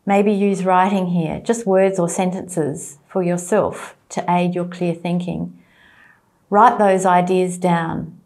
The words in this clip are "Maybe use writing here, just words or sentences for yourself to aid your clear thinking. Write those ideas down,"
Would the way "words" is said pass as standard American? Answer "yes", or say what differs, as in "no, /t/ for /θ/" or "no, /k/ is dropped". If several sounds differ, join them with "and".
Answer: yes